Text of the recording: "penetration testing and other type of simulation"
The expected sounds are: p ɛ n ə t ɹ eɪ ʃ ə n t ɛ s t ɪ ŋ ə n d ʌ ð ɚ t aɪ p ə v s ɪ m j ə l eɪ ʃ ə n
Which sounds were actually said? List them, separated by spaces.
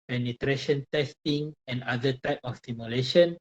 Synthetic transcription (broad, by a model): p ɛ n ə t ɹ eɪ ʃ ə n t ɛ s t ɪ ŋ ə n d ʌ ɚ t aɪ p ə f s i m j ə l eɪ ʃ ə n